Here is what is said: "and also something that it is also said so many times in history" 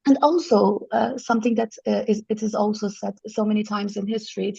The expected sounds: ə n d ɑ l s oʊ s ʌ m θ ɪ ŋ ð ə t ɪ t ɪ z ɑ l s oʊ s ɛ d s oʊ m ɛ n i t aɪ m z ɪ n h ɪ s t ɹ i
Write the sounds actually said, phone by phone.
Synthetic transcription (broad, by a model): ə n ɑ l s oʊ s ʌ m θ ɪ ŋ ð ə t ɪ t ɪ z ɑ l s oʊ s ɛ d s oʊ m ɛ n i t aɪ m z ɪ n h ɪ s t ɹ i